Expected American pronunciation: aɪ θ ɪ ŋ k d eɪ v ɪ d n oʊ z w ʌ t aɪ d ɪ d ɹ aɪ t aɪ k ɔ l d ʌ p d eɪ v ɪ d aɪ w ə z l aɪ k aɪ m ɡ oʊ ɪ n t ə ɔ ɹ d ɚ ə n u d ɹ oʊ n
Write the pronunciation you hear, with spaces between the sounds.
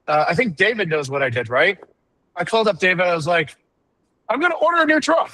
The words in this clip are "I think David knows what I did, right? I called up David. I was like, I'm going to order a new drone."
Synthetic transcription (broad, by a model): aɪ θ ɪ ŋ k d eɪ v ɪ d n oʊ z w ʌ t aɪ d ɪ d ɹ aɪ t aɪ k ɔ l d ʌ p d eɪ v ɪ d aɪ w ə z l aɪ k aɪ m ɡ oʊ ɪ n t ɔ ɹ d ɚ ə n u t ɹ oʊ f